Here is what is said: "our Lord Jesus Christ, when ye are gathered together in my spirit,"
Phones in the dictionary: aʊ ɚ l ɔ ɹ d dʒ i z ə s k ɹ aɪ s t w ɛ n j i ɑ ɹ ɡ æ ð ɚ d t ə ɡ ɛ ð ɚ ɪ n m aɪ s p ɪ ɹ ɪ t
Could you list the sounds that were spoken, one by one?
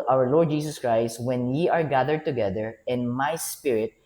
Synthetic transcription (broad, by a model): aʊ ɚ l ɔ ɹ d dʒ i s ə s k ɹ aɪ s t w ɛ n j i ɑ ɹ ɡ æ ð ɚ d t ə ɡ ɛ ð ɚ ɪ n m aɪ s p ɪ ɹ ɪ t